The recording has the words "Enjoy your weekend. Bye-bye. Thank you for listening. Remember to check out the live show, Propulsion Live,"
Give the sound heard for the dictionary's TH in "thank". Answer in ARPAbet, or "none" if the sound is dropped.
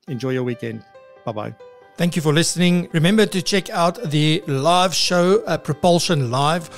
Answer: TH